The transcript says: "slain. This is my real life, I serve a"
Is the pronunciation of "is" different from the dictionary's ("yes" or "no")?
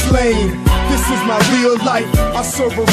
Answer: no